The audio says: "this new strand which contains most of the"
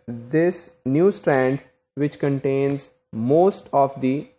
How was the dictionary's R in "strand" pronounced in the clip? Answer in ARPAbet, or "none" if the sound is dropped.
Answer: R